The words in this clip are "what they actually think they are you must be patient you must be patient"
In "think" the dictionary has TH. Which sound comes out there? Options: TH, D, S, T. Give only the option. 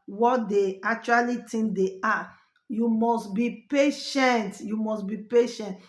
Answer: T